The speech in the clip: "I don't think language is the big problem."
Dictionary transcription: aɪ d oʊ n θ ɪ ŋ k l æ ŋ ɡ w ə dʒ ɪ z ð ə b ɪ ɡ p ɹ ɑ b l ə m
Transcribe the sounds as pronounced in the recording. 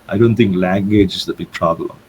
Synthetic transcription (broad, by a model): aɪ d oʊ n t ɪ ŋ k l æ ŋ ɡ w ə dʒ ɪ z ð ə b ɪ ɡ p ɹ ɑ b l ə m